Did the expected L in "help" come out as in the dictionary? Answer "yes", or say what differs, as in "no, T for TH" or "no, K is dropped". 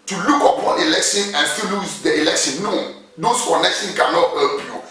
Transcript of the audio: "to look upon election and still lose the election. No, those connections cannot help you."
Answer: no, L is dropped